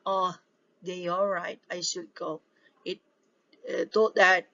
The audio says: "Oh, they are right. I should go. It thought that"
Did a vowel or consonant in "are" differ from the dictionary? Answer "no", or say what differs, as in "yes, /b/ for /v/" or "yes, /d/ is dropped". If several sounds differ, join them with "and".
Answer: yes, /l/ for /ɹ/